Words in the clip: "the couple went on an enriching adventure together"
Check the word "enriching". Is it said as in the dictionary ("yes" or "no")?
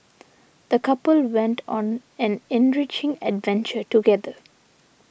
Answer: yes